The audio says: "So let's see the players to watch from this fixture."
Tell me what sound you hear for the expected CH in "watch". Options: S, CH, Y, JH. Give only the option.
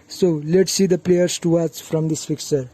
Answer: S